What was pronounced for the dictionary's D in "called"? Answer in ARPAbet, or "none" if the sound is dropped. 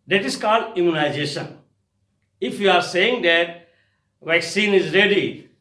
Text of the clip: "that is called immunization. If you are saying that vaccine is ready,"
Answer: D